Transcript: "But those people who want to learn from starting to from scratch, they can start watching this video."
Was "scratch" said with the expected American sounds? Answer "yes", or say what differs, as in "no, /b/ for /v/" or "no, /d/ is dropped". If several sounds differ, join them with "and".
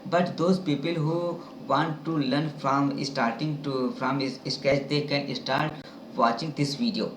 no, /ɹ/ is dropped